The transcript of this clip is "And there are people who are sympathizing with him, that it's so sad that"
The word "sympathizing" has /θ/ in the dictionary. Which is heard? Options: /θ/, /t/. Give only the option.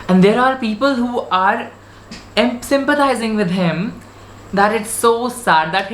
/t/